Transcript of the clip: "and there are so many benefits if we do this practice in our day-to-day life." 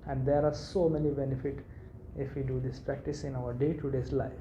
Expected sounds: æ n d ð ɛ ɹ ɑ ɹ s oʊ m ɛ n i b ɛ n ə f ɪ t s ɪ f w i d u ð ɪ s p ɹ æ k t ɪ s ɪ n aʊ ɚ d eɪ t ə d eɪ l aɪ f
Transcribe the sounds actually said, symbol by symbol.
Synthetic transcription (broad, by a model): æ n d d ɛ ɹ ɑ ɹ s oʊ m ɛ n i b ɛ n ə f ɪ t ɪ f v i d u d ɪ s p ɹ æ k t ɪ s ɪ n aʊ ɚ d eɪ t ə d eɪ l aɪ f